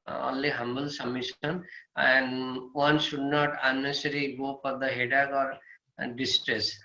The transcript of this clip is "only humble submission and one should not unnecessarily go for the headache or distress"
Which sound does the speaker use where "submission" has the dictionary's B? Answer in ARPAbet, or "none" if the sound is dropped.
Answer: none